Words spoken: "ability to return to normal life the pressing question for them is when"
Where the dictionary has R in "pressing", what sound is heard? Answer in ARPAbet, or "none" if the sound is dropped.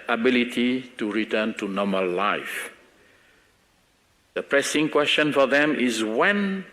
R